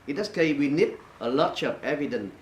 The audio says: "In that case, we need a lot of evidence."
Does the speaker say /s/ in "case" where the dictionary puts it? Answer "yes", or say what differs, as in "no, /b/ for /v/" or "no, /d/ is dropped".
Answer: no, /s/ is dropped